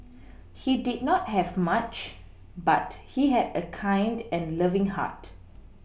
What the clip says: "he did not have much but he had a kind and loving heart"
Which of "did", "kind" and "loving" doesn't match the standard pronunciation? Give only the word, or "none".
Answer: none